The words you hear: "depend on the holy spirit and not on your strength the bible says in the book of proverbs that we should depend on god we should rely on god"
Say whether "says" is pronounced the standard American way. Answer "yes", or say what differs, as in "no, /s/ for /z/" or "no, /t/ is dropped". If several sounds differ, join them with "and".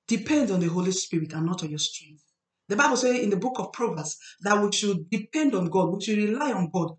no, /z/ is dropped